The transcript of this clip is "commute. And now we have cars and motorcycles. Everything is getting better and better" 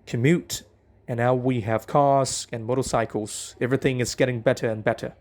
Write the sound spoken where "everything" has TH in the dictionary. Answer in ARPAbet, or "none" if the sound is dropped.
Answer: TH